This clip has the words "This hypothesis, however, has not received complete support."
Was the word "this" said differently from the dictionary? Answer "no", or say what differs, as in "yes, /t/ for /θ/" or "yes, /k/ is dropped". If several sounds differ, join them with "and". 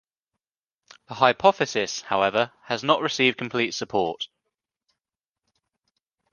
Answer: yes, /s/ is dropped